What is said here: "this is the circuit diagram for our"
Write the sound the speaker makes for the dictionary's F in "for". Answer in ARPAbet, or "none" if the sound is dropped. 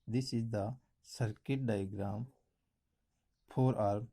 P